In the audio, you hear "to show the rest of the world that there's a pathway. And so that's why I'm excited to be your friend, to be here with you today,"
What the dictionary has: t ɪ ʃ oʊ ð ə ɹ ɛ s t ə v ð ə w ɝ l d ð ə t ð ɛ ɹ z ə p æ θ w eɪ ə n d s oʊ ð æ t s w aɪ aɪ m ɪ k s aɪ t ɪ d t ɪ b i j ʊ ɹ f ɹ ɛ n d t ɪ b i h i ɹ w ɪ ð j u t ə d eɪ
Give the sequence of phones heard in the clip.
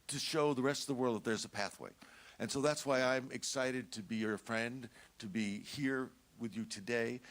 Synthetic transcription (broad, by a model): t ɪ ʃ oʊ ð ə ɹ ɛ s t ə v ð ə w ɝ l d ð ə t ð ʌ ɹ z ə p æ θ w eɪ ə n s oʊ ð æ t s w aɪ aɪ m ɪ k s aɪ t ɪ d t ɪ b i j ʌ ɹ f ɹ ɛ n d t ɪ b i h i ɹ w ɪ ð j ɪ t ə d eɪ